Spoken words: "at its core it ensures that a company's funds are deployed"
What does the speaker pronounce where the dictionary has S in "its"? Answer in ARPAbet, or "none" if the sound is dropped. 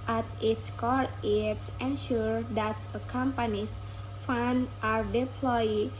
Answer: S